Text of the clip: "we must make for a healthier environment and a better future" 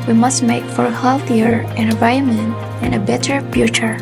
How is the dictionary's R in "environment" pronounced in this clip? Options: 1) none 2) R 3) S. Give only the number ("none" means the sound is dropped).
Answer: 1